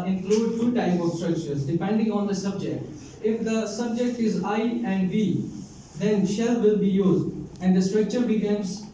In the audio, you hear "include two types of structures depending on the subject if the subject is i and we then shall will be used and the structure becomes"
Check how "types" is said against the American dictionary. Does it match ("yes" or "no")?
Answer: no